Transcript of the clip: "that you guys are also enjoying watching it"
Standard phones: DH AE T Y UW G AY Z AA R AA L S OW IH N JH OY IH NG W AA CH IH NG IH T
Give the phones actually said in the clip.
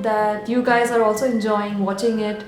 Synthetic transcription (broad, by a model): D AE T Y UW G AY Z AA R AA L S OW IH N JH OY IH NG W AA CH IH NG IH T